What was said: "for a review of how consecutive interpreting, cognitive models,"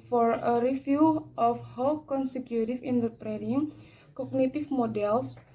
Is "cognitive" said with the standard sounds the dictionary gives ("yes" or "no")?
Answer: no